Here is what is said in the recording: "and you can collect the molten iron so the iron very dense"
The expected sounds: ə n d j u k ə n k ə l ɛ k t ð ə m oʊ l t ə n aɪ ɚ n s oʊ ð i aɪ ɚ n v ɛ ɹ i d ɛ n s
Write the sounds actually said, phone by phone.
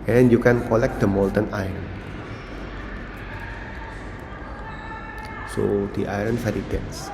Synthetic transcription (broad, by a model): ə n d j u k ə n k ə l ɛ k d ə m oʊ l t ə n aɪ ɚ n s oʊ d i aɪ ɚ n f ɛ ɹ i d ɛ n s